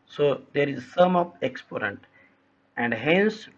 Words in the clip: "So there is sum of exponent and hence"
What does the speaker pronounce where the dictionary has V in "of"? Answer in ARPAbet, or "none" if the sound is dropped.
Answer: P